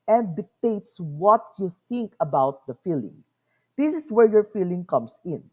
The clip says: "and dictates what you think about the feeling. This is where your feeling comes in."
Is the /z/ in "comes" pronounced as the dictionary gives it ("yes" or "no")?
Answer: no